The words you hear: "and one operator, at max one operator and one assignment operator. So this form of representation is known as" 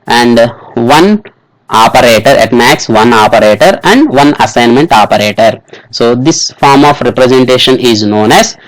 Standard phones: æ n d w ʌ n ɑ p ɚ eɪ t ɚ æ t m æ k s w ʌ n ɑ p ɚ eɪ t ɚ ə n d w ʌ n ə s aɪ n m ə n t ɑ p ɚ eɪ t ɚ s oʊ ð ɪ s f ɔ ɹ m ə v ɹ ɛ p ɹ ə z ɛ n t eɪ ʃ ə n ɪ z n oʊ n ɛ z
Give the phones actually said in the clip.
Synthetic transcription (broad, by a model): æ n d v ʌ n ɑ p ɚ eɪ t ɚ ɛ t m æ k s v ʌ n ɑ p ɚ eɪ t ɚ ə n d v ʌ n ə s aɪ n m ə n t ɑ p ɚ eɪ t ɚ s oʊ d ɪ s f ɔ ɹ m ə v ɹ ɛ p ɹ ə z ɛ n t eɪ ʃ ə n ɪ z n oʊ n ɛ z